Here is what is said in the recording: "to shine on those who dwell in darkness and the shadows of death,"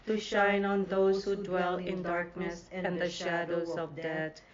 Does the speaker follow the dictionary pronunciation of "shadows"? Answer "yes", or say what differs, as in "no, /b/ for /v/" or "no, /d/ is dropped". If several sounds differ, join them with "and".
yes